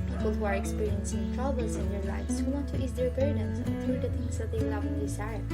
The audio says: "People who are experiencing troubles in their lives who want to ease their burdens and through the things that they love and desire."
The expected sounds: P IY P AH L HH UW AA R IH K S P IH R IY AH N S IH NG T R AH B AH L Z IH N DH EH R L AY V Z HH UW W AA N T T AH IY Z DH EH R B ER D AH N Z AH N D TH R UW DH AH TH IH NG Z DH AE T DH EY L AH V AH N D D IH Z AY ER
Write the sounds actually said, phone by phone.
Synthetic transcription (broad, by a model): P IY P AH L HH UW AA R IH K S P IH R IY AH N S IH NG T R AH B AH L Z IH N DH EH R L AY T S HH UW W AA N T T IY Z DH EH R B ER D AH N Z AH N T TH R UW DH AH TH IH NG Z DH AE T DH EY W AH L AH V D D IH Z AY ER